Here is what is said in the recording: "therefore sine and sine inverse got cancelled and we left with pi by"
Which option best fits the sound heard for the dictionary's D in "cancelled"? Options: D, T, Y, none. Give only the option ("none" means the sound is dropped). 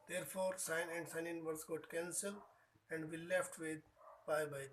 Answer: none